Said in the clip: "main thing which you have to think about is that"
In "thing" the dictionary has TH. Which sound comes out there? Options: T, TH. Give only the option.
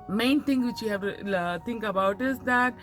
T